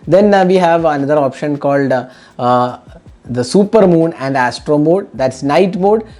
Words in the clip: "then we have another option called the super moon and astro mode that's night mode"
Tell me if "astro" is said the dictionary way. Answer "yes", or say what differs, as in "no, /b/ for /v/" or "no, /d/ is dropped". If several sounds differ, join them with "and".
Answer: yes